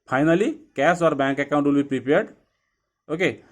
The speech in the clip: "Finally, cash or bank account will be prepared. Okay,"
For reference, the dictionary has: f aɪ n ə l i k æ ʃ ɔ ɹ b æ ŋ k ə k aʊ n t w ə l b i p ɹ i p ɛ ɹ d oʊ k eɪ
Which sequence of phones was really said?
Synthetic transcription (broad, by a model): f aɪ n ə l i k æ s ɔ ɹ b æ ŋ k ə k aʊ n t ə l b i p ɹ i p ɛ ɹ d oʊ k eɪ